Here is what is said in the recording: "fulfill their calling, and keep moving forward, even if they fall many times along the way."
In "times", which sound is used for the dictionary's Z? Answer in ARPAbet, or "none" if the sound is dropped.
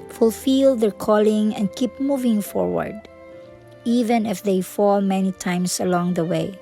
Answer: S